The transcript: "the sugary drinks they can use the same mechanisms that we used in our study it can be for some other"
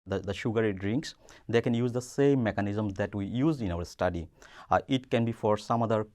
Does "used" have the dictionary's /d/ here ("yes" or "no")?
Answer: no